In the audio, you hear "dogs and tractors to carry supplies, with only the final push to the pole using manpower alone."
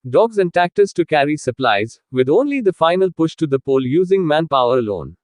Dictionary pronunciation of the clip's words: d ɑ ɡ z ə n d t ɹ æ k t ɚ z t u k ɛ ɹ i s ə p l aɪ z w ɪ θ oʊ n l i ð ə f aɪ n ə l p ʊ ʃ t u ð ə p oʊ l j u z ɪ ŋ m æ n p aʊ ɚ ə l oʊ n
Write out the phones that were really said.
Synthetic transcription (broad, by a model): d ɑ ɡ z ə n d t æ k t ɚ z t u k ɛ ɹ i s ə p l aɪ z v ɪ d oʊ n l i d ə f aɪ n ə l p ʊ ʃ t u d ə p oʊ l j u z ɪ ŋ m æ n p aʊ ɚ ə l oʊ n